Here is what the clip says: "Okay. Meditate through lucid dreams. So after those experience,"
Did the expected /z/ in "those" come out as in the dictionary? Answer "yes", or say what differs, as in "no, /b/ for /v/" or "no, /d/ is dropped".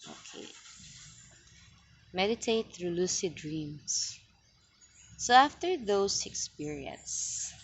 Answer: no, /s/ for /z/